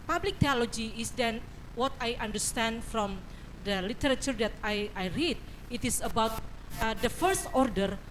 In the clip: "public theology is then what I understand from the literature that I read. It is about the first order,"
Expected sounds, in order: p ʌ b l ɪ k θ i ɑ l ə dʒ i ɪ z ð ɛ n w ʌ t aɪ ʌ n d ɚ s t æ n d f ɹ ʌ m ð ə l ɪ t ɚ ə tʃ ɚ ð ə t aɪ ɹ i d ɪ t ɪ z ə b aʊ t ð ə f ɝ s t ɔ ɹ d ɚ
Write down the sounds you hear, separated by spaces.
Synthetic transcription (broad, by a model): p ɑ b l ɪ k t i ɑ l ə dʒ i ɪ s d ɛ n w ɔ t aɪ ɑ n d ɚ s t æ n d f ɹ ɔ m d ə l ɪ t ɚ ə tʃ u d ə t aɪ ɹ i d ɪ t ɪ s ə b aʊ t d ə f ɝ s t ɔ ɹ d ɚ